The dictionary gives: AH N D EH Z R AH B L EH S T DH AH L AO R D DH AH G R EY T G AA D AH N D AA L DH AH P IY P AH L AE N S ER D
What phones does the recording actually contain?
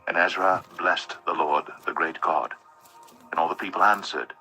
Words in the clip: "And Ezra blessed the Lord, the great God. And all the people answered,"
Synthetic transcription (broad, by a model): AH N EH Z R AH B L EH S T DH AH L AO R D DH AH G R EY T G AA D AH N AA L DH AH P IY P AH L AE N S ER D